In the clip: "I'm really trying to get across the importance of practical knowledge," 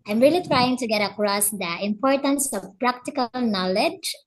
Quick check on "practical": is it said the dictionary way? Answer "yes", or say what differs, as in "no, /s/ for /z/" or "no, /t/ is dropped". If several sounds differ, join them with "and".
yes